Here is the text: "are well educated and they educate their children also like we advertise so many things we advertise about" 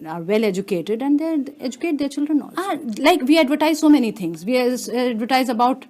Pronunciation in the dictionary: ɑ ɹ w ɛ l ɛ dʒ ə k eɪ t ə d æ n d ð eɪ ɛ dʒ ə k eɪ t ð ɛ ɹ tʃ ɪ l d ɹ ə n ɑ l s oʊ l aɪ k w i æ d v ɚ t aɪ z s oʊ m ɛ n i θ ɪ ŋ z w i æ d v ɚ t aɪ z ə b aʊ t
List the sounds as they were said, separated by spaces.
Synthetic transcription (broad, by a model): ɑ ɹ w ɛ l ɛ dʒ ə k eɪ t ə d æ n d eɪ ɛ dʒ ə k eɪ t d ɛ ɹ tʃ ɪ l d ɹ ə n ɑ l oʊ l aɪ k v i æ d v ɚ t aɪ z s oʊ m ɛ n i t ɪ ŋ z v i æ d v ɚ t aɪ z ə b aʊ t